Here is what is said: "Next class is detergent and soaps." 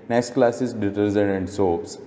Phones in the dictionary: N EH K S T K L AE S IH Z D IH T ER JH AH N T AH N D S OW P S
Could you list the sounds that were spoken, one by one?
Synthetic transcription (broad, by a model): N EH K S T K L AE S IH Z D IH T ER Z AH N AH N D S OW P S